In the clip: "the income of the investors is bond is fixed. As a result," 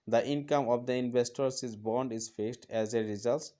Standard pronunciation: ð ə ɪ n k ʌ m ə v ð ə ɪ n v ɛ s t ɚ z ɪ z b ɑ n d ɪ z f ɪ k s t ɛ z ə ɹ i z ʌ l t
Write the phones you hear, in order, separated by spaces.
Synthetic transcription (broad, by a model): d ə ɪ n k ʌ m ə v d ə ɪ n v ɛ s t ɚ s ɪ z b ɑ n d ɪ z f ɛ s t ɛ z ə ɹ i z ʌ l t